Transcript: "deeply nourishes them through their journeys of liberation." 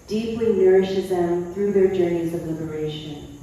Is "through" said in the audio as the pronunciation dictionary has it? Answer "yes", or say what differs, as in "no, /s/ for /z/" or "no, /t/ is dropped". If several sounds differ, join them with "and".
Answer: yes